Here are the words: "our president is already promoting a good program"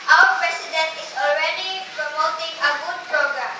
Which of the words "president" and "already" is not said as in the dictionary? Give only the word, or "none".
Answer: president